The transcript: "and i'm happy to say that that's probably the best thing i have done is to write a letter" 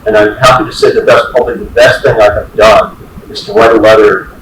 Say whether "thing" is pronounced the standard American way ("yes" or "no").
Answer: yes